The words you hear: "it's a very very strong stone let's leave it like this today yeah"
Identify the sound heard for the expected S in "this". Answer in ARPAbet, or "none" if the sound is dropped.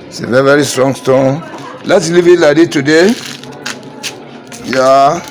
none